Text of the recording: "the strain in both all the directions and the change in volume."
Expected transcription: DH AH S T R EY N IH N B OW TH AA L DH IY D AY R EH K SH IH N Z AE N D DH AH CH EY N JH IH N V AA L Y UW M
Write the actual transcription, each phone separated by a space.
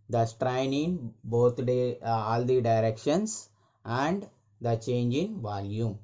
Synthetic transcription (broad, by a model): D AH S T R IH N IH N B OW T AA L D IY D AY R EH K SH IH N S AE N D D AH CH EY N JH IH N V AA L Y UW M